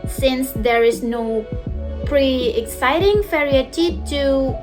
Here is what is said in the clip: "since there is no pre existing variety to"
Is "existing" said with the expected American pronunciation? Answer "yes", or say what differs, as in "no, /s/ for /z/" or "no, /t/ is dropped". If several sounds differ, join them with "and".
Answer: no, /s/ is dropped